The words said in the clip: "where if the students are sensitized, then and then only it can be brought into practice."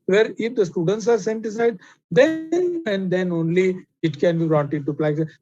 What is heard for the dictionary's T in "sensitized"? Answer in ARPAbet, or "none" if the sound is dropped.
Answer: S